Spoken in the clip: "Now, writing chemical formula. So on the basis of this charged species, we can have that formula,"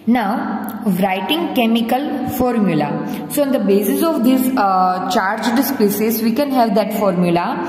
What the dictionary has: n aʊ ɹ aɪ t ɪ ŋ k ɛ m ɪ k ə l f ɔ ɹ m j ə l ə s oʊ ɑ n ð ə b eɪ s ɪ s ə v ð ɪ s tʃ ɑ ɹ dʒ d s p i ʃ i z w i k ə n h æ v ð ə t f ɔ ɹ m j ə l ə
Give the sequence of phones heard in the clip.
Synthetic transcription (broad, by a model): n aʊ ɹ aɪ t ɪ ŋ k ɛ m ɪ k ə l f ɔ ɹ m j ə l ə s oʊ ɑ n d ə b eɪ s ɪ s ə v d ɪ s tʃ ɑ ɹ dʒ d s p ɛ s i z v i k ə n h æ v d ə t f ɔ ɹ m j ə l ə